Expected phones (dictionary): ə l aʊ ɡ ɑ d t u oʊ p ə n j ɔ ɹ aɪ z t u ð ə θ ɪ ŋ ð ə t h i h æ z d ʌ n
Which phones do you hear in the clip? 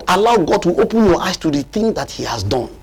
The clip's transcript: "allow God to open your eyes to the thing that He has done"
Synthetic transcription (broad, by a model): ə l aʊ ɡ ɑ d t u oʊ p ə n j ɔ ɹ aɪ s t u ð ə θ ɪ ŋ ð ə t h i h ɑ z d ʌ n